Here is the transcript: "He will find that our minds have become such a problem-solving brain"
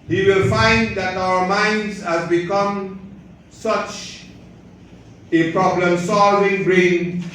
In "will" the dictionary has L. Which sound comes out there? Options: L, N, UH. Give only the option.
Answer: L